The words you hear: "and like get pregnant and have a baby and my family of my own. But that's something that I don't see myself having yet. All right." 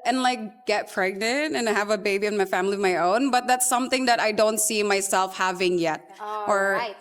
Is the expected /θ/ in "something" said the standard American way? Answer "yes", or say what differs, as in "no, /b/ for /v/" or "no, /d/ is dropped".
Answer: yes